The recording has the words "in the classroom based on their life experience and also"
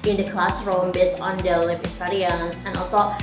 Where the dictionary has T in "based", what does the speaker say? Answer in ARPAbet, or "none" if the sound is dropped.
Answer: none